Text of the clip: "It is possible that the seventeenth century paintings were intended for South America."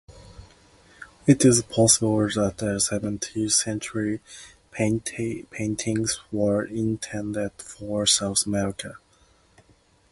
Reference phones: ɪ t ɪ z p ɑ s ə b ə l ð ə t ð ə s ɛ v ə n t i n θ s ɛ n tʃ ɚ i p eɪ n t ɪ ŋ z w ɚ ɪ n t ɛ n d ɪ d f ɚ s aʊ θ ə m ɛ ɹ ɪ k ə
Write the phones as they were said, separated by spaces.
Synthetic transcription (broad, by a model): ɪ t ɪ z p ɑ s ə b ə l ð ə t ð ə s ɛ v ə n t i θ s ɛ n tʃ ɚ i p eɪ n t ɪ ŋ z w ɚ ɪ n t ɛ n d ɪ d f ɚ s aʊ θ ə m ɛ ɹ ɪ k ə